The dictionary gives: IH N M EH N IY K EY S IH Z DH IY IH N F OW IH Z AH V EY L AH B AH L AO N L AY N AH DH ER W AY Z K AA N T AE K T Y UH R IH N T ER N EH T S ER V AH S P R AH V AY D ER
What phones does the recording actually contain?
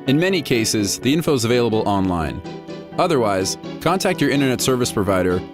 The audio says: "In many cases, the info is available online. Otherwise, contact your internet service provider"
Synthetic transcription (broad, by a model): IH N M EH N IY K EY S IH Z DH IY IH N F OW IH Z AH V EY L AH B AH L AO N L AY N AH DH ER W AY Z K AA N T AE K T Y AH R IH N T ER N EH T S ER V AH S P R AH V AY D ER